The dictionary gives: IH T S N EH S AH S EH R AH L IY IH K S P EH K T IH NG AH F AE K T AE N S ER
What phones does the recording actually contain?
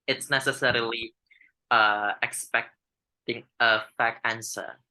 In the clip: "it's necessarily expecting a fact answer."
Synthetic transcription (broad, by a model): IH T S N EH S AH S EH R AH L IY IH K S P EH K T IH NG AH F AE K AE N S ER